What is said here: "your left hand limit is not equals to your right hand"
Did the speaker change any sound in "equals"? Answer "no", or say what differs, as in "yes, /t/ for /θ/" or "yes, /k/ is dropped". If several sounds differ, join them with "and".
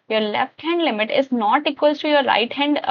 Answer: yes, /z/ is dropped